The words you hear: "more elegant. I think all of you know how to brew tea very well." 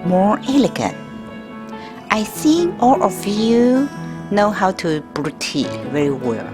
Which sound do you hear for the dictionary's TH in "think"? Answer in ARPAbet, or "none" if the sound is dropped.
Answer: S